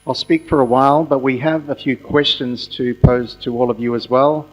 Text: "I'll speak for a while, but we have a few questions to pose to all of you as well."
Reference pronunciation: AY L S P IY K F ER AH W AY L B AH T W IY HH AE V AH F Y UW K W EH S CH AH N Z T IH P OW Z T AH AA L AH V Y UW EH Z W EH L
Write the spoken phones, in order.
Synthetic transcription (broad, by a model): AY L S P IY K F ER AH W AY L B AH T W IY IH V AH F Y UW K W EH S CH AH N Z T IH P OW Z T AH AA L AH V Y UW Z W EH L